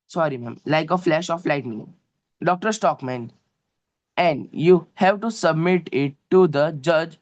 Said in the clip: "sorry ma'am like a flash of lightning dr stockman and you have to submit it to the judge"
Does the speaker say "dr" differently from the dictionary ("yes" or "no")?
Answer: no